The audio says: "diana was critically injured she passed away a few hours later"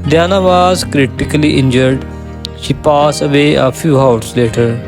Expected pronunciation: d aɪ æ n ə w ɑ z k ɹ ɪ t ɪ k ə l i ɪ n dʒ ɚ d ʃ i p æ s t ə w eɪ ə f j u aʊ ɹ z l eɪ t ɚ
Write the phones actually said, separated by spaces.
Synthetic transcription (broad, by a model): d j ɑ n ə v ɑ z k ɹ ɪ t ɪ k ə l i ɪ n dʒ ɚ d ʃ i p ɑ s ə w eɪ ə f j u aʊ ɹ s l eɪ t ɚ